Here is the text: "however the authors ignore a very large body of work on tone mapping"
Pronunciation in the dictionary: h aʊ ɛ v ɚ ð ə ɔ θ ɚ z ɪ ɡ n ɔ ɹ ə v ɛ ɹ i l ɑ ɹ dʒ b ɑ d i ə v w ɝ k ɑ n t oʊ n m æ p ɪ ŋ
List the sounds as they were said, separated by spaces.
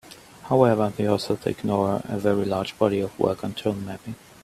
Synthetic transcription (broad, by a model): h aʊ ɛ v ɚ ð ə ɔ s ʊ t ɪ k n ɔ ɹ ə v ɛ ɹ i l ɑ ɹ dʒ b ɑ d i ə v w ɝ k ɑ n t oʊ n m æ p ɪ ŋ